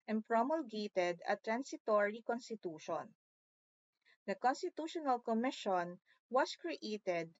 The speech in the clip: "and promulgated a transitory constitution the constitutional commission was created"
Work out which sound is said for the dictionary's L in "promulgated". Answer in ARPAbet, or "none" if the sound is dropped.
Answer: L